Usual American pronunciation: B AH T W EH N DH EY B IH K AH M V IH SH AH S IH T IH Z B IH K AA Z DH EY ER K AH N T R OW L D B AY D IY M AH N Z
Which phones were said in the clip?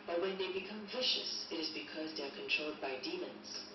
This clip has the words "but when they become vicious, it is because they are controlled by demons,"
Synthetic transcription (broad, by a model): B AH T W EH N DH EY B IH K AH M V IH SH AH S IH T IH Z B IH K AA Z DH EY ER K AH N T R OW L D B AY D IY M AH N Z